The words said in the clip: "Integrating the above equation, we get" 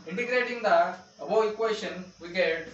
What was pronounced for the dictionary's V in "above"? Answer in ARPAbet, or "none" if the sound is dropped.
none